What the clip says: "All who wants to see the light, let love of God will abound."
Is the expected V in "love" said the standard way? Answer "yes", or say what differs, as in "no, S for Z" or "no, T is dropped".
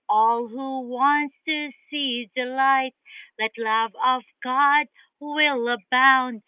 yes